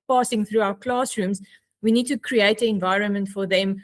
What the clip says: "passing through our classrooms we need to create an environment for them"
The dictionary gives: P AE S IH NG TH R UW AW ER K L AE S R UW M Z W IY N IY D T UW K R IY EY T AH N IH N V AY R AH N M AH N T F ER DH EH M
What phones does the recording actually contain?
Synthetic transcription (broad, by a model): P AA S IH NG TH R UW AW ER K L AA S R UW M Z W IY N IY D T UW K R IY EY T AH N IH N V AY R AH N M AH N T F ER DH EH M